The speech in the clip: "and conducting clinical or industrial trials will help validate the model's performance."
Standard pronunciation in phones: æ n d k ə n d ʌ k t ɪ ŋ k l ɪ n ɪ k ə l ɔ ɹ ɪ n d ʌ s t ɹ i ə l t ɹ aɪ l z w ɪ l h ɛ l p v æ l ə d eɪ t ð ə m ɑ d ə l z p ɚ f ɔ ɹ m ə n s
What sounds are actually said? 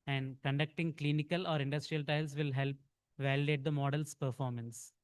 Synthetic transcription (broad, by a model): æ n d k ə n d ʌ k t ɪ ŋ k l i n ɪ k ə l ɔ ɹ ɪ n d ʌ s t ɹ i ə l t aɪ l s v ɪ l h ɛ l p v æ l ə d eɪ t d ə m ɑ d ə l s p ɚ f ɔ ɹ m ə n s